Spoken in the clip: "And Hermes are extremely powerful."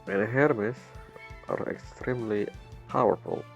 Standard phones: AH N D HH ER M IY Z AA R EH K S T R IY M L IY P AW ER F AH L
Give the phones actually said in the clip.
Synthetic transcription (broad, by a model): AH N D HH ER M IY S AA R EH K S T R IY M L IY P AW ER F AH L